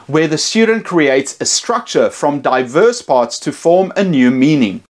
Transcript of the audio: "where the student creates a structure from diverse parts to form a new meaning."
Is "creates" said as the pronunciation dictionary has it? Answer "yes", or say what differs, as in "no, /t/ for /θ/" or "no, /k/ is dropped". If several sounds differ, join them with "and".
yes